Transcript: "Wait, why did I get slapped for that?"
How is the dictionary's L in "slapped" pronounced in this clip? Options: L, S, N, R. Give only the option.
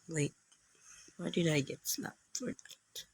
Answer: N